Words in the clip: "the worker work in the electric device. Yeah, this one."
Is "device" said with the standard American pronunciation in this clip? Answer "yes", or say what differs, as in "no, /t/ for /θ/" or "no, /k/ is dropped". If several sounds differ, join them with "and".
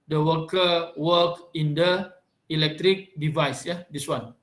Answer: yes